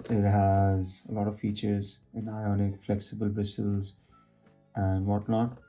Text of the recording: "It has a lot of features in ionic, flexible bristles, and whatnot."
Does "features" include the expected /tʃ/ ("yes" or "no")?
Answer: yes